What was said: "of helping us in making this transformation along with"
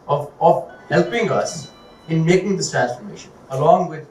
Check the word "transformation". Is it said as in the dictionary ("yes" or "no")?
yes